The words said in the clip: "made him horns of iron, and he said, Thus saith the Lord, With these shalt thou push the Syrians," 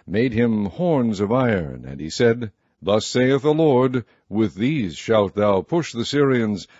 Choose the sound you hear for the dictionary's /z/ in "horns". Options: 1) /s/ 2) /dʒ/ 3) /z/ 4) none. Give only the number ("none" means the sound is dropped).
3